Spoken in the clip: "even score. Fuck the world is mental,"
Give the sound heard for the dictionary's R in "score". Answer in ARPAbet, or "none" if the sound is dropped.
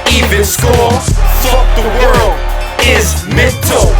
L